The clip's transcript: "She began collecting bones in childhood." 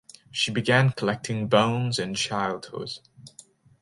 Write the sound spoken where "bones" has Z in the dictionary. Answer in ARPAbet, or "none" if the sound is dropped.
Z